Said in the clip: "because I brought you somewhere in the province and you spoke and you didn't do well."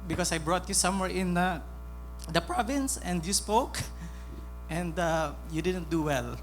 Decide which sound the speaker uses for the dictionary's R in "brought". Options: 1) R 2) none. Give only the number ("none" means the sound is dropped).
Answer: 1